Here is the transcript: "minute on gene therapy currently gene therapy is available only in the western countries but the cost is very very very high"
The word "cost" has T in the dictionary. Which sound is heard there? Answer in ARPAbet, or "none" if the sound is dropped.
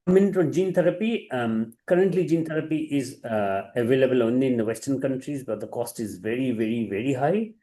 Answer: T